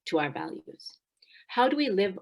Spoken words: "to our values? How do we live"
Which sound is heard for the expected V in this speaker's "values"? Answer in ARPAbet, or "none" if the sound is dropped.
V